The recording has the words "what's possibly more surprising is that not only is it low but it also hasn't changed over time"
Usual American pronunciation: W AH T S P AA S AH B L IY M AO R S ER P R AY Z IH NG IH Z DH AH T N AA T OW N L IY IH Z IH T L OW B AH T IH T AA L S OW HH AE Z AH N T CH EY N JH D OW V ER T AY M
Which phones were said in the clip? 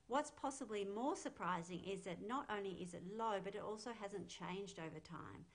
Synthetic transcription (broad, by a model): W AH T S P AA S AH B L IY M AO R S ER P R AY Z IH NG IH Z DH AH T N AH T OW N L IY IH Z IH T L OW B AH T IH T AA L S OW HH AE Z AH N CH EY N JH D OW V ER T AY M